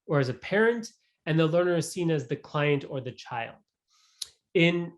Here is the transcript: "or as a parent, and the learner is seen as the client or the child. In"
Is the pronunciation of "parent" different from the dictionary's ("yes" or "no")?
no